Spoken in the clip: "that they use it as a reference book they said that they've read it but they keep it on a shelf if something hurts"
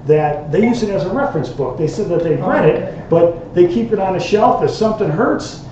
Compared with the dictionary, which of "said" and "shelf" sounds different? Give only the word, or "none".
none